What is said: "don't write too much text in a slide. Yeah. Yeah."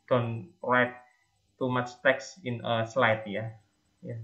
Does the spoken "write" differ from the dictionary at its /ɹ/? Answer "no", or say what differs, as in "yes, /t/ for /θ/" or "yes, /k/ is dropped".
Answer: yes, /l/ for /ɹ/